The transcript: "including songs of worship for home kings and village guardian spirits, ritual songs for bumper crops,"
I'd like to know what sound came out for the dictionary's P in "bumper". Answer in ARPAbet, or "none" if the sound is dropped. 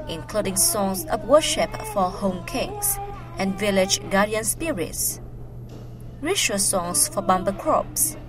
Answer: B